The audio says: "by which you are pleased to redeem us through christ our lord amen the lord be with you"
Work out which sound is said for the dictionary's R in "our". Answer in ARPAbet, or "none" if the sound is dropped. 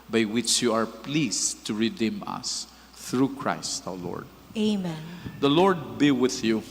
W